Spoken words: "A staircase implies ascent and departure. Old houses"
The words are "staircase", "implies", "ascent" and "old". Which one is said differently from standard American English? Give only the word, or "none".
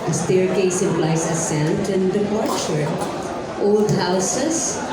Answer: implies